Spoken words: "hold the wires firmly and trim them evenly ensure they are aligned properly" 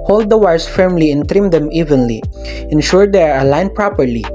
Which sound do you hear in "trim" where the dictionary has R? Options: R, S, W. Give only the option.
R